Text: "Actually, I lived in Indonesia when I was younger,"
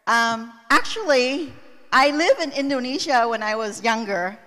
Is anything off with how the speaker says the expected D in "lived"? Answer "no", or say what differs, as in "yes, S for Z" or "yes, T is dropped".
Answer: yes, D is dropped